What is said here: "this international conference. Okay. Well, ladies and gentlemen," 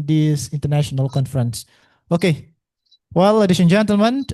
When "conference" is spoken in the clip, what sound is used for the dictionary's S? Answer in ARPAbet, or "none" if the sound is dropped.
S